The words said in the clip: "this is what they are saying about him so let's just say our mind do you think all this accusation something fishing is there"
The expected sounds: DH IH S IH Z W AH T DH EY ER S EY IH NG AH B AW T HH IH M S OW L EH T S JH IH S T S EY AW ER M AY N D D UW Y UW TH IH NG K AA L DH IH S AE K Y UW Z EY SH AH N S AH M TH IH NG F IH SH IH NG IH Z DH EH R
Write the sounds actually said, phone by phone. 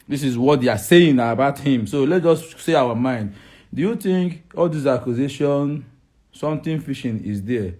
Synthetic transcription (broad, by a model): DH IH S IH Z W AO T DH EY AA S EY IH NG AH B AW T HH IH M S OW L EH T JH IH S S EY AW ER M AY N D D UW Y UW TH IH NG K AA L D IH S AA K Y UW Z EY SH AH N S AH M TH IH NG F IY SH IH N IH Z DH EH